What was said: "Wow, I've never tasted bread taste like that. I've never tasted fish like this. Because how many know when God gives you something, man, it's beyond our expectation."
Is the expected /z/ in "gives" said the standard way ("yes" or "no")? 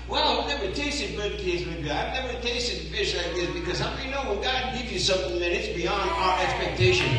no